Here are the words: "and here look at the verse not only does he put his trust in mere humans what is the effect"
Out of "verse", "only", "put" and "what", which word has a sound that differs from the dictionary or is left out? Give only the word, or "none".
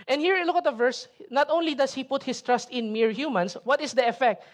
none